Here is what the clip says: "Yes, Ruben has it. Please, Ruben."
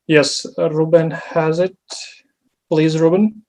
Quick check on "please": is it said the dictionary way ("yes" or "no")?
yes